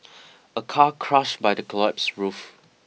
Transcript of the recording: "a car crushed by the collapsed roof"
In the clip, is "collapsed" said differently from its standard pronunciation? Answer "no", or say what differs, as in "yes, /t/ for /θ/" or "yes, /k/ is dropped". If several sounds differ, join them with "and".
yes, /l/ is dropped